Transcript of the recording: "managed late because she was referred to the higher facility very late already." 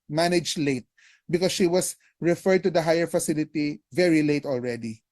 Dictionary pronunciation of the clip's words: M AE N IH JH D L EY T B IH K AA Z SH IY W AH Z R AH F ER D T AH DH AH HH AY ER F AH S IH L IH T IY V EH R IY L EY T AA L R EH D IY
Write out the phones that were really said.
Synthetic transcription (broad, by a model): M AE N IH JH L EY T B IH K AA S SH IY W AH S R AH F ER D T AH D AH HH AY ER F AH S IH L IH T IY V EH R IY L EY T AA L R EH D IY